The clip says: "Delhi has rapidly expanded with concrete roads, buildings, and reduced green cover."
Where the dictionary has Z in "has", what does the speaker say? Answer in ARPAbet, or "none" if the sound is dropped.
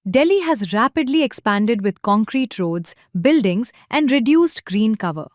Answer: Z